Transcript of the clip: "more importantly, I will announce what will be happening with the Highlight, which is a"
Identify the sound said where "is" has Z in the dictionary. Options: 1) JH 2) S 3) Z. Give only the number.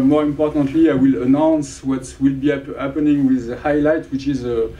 3